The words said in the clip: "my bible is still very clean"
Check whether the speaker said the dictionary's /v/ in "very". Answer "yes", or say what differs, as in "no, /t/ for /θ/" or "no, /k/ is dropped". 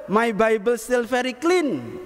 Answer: no, /f/ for /v/